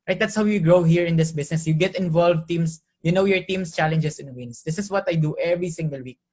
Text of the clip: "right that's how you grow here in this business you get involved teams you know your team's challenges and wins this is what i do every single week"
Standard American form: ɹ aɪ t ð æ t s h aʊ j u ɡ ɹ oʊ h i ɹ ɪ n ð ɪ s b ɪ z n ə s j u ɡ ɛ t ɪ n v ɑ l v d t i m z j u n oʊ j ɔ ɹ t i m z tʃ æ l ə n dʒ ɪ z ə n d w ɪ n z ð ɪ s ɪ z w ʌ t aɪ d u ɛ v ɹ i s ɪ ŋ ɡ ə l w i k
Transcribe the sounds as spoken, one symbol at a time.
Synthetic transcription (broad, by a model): ɹ aɪ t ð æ t s h aʊ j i ɡ ɹ oʊ h i ɹ ɪ n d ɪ s b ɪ s n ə s j u ɡ ɛ t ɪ n v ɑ l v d t i m s j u n oʊ j ɔ ɹ t i m s tʃ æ l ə n dʒ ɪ s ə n w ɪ n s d ɪ s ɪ s w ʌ t aɪ d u ɛ v ɹ i s ɪ ŋ ɡ ə l w i k